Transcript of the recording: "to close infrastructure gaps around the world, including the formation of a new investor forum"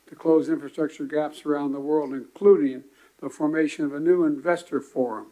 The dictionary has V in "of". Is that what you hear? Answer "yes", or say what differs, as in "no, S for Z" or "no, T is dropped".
yes